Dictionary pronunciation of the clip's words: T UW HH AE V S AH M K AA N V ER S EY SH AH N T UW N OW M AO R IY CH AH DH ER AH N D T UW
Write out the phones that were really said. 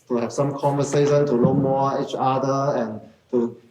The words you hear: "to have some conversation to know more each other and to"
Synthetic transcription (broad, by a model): T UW HH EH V S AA M K AA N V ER S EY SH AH N T UW L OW M AO IY CH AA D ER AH N T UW